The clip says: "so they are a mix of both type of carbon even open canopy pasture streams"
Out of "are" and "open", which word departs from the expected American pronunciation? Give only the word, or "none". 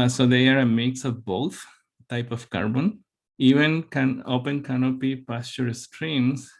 none